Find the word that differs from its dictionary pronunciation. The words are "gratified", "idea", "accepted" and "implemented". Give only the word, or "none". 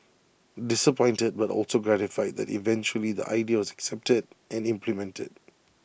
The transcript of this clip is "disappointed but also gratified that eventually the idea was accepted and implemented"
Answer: none